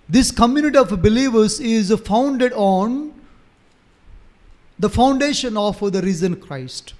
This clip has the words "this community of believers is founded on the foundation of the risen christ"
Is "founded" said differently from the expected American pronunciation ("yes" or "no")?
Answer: no